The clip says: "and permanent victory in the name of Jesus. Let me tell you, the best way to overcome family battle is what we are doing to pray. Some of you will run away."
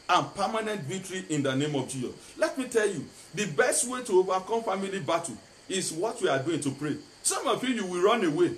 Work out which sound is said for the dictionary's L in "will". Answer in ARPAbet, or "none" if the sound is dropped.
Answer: W